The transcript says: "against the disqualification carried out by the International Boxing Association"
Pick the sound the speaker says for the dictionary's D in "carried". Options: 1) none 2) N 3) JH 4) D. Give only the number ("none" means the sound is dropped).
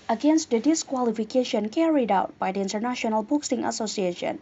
4